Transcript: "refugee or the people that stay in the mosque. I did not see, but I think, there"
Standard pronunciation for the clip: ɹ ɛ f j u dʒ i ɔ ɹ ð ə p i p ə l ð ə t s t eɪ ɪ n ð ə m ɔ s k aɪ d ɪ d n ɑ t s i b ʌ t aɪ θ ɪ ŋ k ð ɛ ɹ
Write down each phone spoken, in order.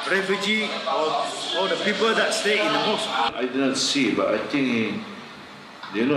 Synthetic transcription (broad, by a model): ɹ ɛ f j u dʒ i ɔ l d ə p i p ə l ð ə t s t eɪ ɪ n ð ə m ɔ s aɪ d ɪ d n ɑ t s i b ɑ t aɪ t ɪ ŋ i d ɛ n